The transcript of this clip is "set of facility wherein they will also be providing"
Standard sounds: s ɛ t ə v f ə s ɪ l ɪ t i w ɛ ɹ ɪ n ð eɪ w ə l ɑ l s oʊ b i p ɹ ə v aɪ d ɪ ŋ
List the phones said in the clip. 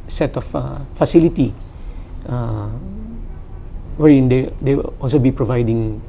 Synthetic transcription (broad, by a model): s ɛ t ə f f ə s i l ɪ t i w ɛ ɹ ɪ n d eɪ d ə w ɑ l s oʊ b i p ɹ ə v aɪ d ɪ ŋ